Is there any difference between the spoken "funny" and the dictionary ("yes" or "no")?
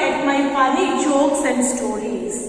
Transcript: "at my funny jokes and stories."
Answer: yes